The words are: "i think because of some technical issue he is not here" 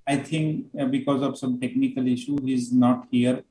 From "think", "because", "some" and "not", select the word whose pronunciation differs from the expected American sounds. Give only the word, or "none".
think